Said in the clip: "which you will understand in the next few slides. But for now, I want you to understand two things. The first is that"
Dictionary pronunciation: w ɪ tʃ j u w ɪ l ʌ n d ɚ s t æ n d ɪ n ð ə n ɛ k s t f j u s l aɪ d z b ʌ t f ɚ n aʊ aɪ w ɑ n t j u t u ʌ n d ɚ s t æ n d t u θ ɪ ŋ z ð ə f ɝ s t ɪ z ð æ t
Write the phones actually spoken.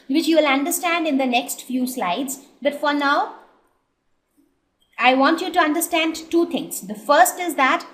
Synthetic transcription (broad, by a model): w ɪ tʃ j u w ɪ l ʌ n d ɚ s t æ n d ɪ n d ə n ɛ k s t f j u s l aɪ d z b ʌ t f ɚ n aʊ aɪ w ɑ n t j u t u ʌ n d ɚ s t æ n d t u t ɪ ŋ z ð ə f ɝ s t ɪ z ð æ t